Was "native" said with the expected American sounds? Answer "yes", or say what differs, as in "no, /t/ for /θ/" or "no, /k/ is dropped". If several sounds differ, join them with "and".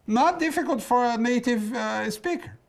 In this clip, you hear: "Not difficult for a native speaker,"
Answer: yes